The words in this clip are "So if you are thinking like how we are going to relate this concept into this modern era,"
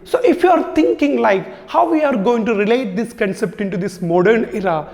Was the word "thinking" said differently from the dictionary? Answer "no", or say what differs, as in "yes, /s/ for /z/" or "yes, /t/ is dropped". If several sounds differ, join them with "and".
yes, /t/ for /θ/